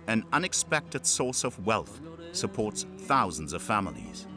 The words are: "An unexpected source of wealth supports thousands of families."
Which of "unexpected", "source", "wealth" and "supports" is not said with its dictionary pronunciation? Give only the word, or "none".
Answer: none